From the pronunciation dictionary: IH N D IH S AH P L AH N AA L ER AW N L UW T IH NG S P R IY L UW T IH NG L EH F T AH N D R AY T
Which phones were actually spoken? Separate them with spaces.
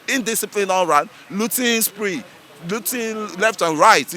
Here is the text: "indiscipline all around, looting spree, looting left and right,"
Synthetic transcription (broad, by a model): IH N D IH S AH P L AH N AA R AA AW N L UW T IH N S P R IY L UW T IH L EH F T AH N R AY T